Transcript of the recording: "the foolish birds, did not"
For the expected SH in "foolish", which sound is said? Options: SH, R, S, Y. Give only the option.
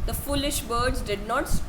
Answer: SH